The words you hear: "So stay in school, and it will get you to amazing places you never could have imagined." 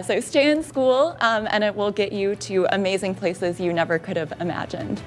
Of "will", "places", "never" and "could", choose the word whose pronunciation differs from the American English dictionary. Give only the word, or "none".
none